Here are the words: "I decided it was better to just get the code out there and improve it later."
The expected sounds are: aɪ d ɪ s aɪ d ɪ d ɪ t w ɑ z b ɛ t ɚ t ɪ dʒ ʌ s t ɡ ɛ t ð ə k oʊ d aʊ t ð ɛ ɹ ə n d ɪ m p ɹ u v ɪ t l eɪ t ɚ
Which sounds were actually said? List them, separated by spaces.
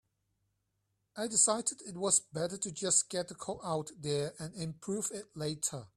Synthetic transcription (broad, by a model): aɪ d ɪ s aɪ d ɪ d ɪ t w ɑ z b ɛ t ɚ t ɪ dʒ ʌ s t ɡ ɛ t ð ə k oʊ aʊ t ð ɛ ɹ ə n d ɪ m p ɹ u v ɪ t l eɪ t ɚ